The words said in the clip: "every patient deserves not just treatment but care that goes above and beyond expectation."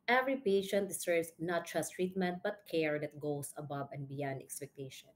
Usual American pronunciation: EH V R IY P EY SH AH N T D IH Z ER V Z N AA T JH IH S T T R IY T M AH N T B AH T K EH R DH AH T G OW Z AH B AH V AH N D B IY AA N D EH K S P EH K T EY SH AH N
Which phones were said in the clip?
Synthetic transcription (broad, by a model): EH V R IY P EY SH AH N T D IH S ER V S N AA T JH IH S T T R IY T M AH N T B AH T K EH R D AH T G OW S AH B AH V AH N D B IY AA N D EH K S P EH K T EY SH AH N